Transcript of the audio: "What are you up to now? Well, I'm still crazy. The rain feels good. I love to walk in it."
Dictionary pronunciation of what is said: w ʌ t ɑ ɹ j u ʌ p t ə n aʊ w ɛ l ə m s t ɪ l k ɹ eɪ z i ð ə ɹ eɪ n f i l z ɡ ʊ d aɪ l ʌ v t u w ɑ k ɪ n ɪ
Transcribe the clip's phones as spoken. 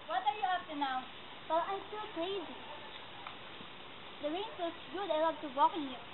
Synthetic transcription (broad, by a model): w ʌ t ɑ ɹ j u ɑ f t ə n aʊ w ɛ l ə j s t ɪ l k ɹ eɪ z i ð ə ɹ eɪ n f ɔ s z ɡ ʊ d aɪ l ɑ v t u w ɑ k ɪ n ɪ